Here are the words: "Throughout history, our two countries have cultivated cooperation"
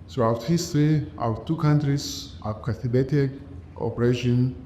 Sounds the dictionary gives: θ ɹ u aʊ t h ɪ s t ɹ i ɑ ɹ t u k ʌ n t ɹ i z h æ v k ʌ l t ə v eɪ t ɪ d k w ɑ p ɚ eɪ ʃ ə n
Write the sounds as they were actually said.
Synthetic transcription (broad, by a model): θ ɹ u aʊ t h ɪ s t ɹ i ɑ t u k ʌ n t ɹ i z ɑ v k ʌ t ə b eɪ t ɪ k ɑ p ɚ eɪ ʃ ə n